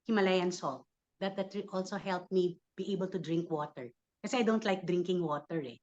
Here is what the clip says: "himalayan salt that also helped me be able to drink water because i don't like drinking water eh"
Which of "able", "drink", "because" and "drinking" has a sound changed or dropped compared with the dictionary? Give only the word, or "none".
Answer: because